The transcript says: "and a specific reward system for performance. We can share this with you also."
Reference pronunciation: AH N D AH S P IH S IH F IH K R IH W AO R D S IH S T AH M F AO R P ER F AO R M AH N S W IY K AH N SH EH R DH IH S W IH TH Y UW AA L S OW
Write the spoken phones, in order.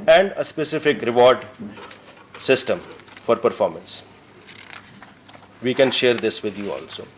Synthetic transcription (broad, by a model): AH N D AH S P IH S IH F IH K R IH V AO R D S IH S T AH M F AO R P ER F AO R M AH N S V IY K AH N SH EH R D IH S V IH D Y UW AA L S OW